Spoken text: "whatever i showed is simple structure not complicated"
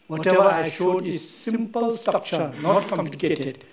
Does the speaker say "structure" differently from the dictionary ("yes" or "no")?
yes